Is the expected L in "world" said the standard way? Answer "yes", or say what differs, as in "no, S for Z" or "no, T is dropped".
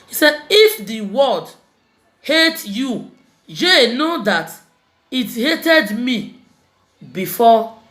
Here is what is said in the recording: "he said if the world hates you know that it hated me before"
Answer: no, L is dropped